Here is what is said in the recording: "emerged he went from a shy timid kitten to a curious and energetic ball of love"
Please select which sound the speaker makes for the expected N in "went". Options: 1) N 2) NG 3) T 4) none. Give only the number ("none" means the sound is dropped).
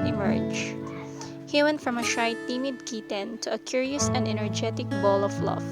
1